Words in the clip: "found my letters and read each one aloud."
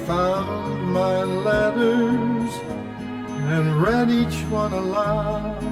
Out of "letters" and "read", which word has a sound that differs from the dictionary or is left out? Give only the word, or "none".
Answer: none